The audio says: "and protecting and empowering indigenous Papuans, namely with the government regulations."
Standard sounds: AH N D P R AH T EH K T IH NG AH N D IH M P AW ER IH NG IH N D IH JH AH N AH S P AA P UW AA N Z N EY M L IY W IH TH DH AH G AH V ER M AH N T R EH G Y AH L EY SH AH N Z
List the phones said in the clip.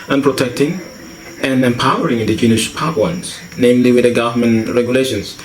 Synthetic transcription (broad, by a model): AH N P R AH T EH K T IH NG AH N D IH M P AW ER IH NG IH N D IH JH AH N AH SH P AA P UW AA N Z N EY M L IY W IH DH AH G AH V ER M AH N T R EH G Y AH L EY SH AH N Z